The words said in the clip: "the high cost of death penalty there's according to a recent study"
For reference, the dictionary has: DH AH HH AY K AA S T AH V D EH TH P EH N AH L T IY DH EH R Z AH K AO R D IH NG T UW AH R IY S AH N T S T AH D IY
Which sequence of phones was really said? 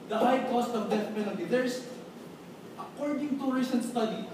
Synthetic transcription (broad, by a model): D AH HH AY K AA S T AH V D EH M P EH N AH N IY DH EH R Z AH K AO R D IH NG T UW R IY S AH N S T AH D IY